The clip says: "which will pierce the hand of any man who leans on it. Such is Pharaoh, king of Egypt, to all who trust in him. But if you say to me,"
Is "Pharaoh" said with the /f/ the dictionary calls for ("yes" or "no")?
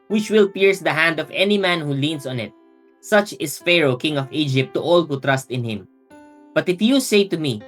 yes